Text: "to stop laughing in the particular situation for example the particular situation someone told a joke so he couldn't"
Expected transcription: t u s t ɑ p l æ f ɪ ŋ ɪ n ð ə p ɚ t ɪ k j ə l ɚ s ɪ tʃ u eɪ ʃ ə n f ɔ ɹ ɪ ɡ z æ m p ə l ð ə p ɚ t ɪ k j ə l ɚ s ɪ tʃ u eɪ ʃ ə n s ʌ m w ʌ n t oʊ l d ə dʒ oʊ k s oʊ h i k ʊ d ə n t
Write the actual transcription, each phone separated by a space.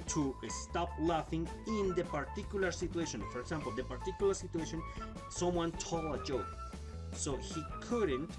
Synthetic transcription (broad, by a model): t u s t ɑ p l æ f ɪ ŋ ɪ n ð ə p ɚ t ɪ k j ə l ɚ s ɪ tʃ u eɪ ʃ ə n f ɔ ɹ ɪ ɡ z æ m p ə l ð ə p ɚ t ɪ k j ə l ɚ s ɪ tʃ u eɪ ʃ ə n s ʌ m w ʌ n t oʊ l ə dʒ oʊ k s oʊ h i k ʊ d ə n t